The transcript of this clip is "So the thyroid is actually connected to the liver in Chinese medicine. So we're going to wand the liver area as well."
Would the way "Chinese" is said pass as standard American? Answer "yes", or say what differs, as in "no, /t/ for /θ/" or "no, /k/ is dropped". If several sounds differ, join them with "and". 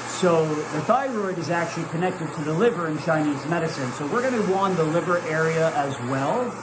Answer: yes